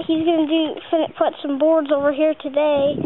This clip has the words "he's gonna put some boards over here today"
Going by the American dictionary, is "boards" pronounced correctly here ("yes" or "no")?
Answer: yes